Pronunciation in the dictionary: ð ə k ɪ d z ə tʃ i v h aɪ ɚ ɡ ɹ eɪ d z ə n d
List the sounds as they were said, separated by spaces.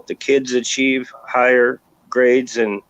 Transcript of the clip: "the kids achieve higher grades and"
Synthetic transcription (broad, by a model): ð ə k ɪ d z ə tʃ i v h aɪ ɚ ɡ ɹ eɪ d z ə n